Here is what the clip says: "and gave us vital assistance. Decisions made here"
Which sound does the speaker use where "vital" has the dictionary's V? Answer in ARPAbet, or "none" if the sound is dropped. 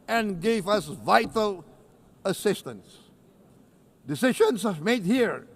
V